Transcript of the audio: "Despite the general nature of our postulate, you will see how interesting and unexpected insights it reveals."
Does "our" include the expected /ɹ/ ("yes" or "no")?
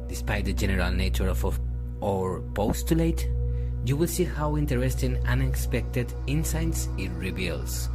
yes